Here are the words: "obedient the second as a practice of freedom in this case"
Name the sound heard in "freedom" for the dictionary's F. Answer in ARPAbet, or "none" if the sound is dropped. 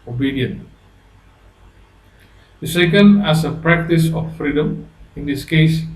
F